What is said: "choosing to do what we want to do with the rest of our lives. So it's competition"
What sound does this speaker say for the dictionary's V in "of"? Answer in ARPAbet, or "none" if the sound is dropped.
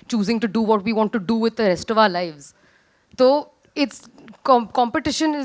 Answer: V